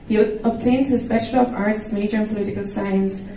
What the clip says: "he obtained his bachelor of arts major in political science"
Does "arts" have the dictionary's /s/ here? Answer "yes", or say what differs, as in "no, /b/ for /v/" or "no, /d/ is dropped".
yes